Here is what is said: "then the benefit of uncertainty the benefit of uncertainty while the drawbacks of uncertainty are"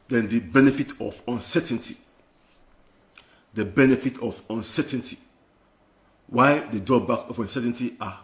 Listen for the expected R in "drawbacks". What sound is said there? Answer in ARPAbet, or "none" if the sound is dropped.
none